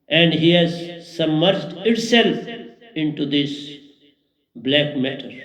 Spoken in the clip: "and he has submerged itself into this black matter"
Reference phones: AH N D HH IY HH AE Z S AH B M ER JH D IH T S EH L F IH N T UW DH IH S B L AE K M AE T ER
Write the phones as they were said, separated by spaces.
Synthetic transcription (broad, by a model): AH N D HH IY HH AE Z S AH M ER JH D IH T S EH L F IH N T UW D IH S B L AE K M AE T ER